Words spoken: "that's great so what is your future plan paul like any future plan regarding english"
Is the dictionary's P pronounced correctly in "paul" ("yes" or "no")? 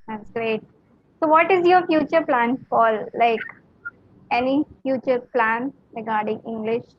no